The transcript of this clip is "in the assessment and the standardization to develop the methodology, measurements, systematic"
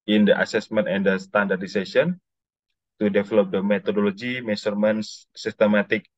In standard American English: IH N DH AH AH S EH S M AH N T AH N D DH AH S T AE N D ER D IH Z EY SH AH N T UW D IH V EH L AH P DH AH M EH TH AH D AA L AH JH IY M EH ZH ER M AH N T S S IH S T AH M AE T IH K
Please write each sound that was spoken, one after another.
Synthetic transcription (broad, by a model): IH N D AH AH S EH S M AH N T AH N D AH S T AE N D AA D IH S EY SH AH N T UW D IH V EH L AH P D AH M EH T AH D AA L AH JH IY M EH S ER M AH N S S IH S T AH M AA T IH K